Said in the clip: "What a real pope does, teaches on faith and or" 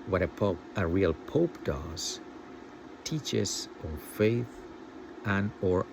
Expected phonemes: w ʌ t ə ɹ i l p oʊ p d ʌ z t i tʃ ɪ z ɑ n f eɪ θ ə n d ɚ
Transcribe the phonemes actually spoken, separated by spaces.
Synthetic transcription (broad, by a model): w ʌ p ə ɹ i l p oʊ p d ʌ z t i tʃ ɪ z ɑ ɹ f eɪ θ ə n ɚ